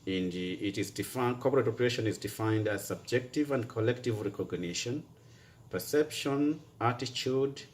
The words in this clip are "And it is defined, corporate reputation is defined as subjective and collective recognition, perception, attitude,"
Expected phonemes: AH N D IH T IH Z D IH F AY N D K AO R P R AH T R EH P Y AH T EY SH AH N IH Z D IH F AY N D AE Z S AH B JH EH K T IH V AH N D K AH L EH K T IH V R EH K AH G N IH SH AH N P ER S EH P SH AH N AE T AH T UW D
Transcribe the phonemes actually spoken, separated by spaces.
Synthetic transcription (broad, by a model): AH N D IH T IH Z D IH F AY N K AO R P R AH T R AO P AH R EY SH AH N IH Z D IH F AY N D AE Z S AH B JH EH K T IH V AH N D K AH L EH K T IH V R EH K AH G N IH SH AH N P ER S EH P SH AH N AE T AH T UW D